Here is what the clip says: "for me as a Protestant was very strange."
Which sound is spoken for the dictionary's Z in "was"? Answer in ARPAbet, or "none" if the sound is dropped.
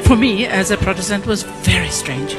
Z